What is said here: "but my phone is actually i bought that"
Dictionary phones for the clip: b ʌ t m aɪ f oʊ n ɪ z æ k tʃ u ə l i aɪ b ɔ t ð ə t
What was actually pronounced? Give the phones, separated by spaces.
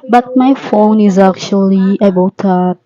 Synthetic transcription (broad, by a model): b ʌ t m aɪ f oʊ n ɪ z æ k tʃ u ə l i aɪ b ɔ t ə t